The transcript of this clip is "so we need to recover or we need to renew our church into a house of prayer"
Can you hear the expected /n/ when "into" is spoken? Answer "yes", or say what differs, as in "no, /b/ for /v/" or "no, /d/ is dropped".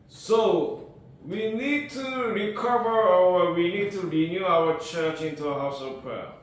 yes